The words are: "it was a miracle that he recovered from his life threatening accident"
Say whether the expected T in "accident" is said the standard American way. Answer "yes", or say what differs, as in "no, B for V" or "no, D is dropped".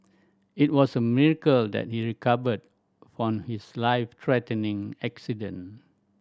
no, T is dropped